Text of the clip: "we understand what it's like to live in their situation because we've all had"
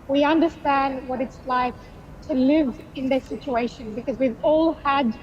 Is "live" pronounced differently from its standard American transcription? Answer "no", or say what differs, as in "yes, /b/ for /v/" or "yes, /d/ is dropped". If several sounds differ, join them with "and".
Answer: no